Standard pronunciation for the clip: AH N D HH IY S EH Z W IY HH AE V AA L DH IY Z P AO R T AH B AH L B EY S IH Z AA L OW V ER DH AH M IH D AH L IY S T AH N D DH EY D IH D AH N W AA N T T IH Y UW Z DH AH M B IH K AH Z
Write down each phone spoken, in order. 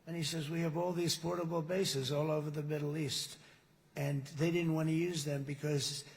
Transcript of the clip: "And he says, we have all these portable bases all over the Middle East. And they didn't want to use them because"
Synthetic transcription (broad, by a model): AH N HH IY S EH Z W IY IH V AA L DH IY Z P AO R T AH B L B EY S IH Z AA L OW V ER DH AH M IH D L IY S T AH N DH EY D IH D N W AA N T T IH Y UW Z DH AH M B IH K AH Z